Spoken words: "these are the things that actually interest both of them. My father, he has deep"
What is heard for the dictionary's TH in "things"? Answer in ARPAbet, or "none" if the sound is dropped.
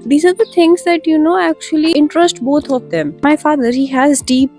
T